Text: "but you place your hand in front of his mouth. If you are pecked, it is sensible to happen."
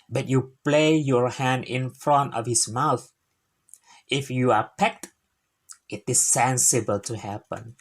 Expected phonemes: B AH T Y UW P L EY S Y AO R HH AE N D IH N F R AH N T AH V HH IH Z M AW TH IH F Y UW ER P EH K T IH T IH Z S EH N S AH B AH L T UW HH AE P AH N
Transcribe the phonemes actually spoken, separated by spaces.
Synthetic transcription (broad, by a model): B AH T Y UW P L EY Y AO R HH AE N D IH N F R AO N T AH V HH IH S M AW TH IH F Y UW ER P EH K T IH T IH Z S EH N S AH B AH L T UW HH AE P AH N